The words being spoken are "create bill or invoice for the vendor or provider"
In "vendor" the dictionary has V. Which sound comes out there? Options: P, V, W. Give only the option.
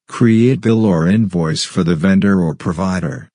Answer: V